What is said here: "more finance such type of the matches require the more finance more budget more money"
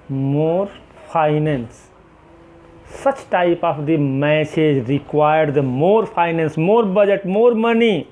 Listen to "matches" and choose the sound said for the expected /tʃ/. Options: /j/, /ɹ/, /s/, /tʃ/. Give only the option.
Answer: /s/